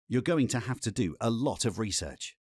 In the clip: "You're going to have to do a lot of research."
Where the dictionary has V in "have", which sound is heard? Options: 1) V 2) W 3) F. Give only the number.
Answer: 3